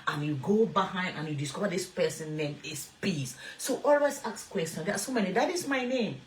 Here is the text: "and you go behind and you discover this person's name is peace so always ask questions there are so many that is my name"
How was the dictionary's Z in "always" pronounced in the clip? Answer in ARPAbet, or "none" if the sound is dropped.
S